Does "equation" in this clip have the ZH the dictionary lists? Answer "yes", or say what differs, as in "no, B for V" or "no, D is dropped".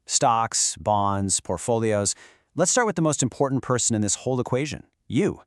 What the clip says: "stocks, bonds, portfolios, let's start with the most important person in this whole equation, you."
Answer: yes